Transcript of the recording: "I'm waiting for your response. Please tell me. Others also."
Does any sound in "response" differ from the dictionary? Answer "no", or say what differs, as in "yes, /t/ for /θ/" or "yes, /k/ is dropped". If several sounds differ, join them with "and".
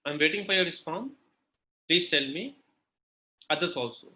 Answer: yes, /f/ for /p/